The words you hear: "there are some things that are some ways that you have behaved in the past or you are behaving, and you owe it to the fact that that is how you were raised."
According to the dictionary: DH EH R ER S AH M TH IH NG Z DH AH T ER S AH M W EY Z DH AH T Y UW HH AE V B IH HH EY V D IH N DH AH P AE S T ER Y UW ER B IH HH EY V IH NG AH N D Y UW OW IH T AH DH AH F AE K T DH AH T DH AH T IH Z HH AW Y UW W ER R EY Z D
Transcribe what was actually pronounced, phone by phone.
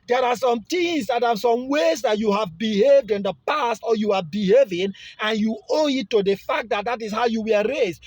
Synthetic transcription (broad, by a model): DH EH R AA S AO M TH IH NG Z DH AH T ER S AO M W EY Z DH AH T Y UW HH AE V B IH HH EY V D IH N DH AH P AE S T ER Y UW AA B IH HH EY V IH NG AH N Y UW OW IH T AH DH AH F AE K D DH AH T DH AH T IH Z HH AW Y UW W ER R EY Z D